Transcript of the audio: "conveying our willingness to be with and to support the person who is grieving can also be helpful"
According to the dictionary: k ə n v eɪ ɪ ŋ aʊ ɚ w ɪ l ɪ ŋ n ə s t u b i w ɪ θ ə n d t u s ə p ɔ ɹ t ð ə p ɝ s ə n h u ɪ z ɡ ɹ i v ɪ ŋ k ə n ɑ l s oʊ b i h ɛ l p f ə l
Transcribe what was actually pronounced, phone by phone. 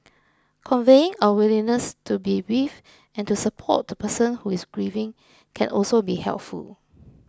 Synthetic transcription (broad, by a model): k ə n v eɪ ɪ ŋ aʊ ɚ w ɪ l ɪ n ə s t u b i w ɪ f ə n t u s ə p ɔ t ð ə p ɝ s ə n h u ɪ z ɡ ɹ i v ɪ ŋ k ə n ɑ l s oʊ b i h ɛ l p f ə l